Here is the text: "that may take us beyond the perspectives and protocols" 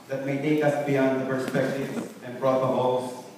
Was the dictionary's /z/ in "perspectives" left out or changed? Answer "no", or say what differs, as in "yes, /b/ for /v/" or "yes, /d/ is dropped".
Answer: yes, /z/ is dropped